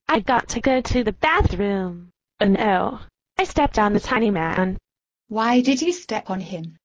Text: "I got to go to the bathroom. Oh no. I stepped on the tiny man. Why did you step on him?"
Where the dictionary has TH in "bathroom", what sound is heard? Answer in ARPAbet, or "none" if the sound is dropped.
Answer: TH